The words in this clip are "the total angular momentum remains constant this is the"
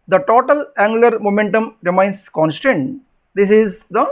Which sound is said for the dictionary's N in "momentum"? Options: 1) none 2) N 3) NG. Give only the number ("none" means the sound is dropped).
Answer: 2